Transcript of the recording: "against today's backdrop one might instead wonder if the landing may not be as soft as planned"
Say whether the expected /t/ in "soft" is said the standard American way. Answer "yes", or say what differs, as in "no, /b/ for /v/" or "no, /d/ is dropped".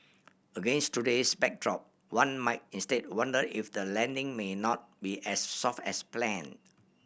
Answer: yes